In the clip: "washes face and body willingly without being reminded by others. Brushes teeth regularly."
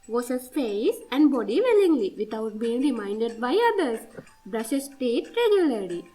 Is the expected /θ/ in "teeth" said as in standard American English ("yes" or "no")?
no